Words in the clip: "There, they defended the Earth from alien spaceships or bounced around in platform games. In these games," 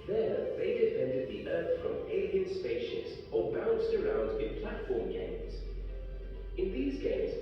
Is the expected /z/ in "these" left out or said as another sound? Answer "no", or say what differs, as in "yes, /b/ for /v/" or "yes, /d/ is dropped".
no